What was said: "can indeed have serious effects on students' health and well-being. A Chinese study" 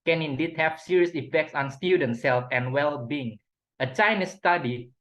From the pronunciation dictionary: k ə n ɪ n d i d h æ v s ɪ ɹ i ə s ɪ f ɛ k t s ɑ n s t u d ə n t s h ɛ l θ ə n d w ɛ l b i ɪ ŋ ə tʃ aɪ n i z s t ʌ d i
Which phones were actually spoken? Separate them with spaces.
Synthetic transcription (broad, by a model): k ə n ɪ n d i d h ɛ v s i ɹ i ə s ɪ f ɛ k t s ɑ n s t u d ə n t s ɛ l f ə n w ɛ l b i ɪ ŋ ə tʃ aɪ n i s t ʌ d i